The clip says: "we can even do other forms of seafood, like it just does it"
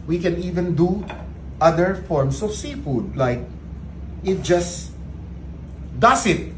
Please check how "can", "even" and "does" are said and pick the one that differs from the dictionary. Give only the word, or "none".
does